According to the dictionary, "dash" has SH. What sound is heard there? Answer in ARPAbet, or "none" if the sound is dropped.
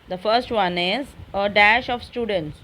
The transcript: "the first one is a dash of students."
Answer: SH